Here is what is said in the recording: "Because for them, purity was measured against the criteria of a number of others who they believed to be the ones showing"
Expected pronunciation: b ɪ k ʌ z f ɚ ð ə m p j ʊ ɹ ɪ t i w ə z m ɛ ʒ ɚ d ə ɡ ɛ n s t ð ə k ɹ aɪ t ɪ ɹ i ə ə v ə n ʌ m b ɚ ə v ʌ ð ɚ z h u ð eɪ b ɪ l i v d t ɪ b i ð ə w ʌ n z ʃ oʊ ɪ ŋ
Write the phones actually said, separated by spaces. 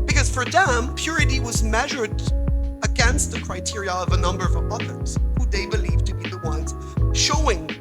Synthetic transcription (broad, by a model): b ɪ k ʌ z f ɚ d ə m p j ʊ ɹ ɪ t i w ə z m ɛ ʒ ɚ d ə ɡ ɛ n s t ð ə k ɹ aɪ t ɪ ɹ i ə ə v ə n ʌ m b ɚ ə v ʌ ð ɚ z h u ð eɪ b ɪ l i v t ɪ b i ð ə w ʌ n z ʃ oʊ ɪ ŋ